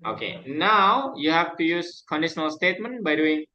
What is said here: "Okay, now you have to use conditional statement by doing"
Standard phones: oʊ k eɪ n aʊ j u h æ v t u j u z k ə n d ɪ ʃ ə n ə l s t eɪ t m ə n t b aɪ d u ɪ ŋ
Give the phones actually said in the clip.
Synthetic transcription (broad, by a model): oʊ k eɪ n aʊ j u h æ v t u j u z k ə n d ɪ ʃ ə n ə l s t eɪ t m ə n t b aɪ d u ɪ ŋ